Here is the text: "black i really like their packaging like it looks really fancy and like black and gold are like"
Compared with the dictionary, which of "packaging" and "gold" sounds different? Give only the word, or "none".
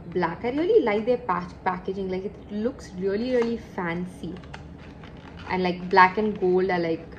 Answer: none